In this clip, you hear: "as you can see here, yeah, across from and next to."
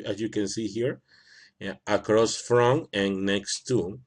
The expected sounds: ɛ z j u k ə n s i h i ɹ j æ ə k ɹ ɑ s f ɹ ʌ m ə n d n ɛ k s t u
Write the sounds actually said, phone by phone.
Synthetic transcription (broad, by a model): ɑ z j u k ə n s i h i ɹ ə k ɹ ɑ s f ɹ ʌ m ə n n ɛ k s t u